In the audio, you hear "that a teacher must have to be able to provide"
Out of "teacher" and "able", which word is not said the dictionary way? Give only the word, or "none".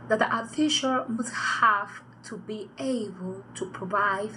teacher